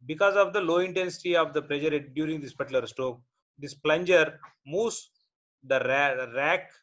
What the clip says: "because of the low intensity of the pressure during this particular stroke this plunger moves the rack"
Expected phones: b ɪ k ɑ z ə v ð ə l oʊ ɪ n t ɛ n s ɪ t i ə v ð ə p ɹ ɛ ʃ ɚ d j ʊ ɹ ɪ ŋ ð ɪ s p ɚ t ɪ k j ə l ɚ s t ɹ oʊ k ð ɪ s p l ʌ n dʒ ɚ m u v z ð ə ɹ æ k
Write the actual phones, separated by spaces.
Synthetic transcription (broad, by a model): b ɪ k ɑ z ə v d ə l oʊ ɪ n t ɛ n s ɪ t i ə v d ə p ɹ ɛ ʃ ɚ d j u ɹ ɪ ŋ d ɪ s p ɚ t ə l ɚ s t oʊ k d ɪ s p l ʌ n dʒ ɚ m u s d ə ɹ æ k